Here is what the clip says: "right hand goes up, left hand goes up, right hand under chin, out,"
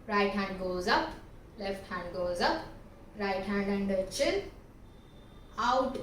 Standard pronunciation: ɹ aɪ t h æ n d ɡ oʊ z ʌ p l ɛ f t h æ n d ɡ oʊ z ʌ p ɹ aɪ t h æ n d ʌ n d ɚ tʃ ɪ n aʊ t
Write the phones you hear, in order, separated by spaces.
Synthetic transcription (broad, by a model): ɹ aɪ t h æ n d ɡ oʊ z ʌ p l ɛ f t h æ n d ɡ oʊ z ʌ p ɹ aɪ t h æ n d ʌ n d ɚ tʃ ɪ l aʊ t